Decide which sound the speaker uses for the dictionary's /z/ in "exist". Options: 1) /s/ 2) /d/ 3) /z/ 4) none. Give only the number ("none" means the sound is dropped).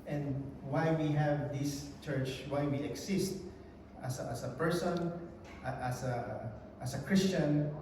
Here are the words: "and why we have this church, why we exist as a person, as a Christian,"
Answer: 1